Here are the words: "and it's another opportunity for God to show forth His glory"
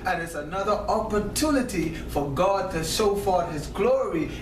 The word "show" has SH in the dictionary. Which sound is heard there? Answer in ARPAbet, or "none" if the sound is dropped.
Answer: S